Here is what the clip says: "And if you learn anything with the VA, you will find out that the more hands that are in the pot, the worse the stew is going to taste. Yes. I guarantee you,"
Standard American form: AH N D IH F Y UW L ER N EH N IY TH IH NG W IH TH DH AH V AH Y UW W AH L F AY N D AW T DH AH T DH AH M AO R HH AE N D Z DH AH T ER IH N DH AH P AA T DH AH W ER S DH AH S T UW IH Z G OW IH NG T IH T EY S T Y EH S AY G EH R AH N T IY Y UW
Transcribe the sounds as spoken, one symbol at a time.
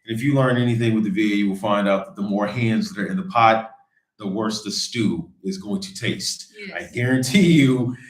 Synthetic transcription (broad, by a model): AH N IH F Y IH L ER N EH N IY TH IH NG W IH DH AH V AH Y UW W AH L F AY N D AW T DH AH T DH AH M AO R HH AE N D Z DH AH T ER IH N DH AH P AA T DH AH W ER S DH AH S T UW IH Z G OW IH NG T IH T EY S T AY G EH R AH N T IY Y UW